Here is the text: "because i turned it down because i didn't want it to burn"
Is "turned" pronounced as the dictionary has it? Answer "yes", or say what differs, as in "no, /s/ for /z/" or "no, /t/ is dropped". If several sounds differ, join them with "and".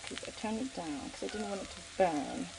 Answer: no, /d/ is dropped